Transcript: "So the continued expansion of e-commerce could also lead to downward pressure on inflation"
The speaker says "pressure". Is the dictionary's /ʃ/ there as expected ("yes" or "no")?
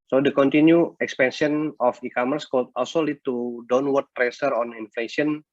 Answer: no